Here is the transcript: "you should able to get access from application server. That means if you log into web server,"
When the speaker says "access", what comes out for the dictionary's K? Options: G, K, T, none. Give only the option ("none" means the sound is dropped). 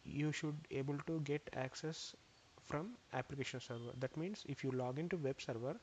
K